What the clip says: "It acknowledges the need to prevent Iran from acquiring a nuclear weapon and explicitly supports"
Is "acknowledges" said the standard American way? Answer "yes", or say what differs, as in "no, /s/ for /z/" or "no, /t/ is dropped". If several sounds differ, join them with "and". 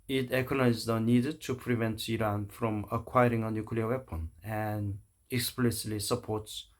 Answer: no, /n/ is dropped and /n/ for /l/ and /dʒ/ is dropped